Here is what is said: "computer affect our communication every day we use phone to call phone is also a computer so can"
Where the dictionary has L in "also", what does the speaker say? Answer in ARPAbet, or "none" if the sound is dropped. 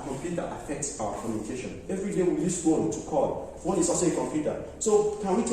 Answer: none